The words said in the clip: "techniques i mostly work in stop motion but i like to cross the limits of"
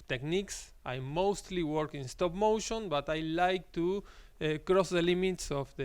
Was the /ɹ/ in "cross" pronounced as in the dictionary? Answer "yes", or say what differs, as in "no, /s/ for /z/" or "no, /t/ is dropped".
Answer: yes